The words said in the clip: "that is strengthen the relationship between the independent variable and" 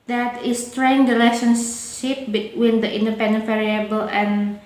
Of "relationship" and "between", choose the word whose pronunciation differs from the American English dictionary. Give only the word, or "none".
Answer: relationship